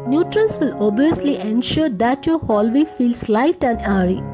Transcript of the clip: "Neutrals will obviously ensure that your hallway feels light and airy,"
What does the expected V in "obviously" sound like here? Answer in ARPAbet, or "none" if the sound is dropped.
none